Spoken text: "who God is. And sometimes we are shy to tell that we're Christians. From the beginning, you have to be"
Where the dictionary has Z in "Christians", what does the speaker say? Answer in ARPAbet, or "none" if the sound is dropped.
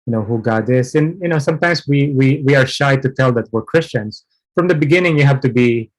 S